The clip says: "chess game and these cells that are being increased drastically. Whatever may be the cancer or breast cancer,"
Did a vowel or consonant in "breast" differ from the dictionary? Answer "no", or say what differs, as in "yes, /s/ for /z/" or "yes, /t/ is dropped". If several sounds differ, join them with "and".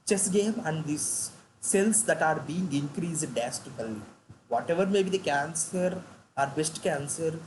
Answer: yes, /ɹ/ is dropped